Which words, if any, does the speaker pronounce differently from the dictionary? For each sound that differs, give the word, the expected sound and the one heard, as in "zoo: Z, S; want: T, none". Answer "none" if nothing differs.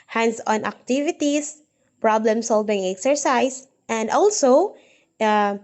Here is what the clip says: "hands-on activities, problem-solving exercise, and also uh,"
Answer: activities: Z, S; exercise: Z, S